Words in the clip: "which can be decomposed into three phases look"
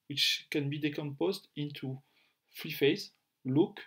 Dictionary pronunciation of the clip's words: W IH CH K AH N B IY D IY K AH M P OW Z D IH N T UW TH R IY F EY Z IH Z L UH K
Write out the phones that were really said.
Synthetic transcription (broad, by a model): W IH CH K AH N B IY D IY K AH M P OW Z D IH N T UW F R IY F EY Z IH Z L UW K